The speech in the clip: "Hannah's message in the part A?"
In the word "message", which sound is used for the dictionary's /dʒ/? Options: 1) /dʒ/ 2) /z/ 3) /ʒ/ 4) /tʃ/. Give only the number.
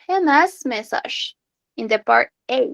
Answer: 3